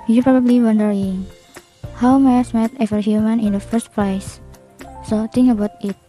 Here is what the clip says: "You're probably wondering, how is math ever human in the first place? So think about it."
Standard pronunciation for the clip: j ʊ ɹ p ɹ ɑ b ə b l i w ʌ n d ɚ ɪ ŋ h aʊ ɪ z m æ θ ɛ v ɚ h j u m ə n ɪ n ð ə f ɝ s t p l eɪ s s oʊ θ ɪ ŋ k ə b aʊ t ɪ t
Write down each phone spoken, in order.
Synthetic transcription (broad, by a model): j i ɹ p ɹ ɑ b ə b l i w ʌ n d ɚ ɪ ŋ h aʊ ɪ s m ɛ t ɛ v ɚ h j u m ə n ɪ n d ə f ɝ s t p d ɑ s s oʊ t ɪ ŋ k ə b aʊ t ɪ t